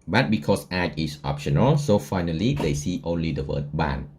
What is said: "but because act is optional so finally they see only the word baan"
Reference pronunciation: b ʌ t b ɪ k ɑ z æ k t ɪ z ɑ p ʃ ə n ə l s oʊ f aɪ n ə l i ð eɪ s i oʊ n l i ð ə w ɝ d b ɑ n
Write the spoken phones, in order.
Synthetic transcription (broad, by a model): b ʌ t b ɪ k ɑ s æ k ɪ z ɑ p ʃ ə n ə l s oʊ f aɪ n ə l i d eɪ s i oʊ n l i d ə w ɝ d b ɑ n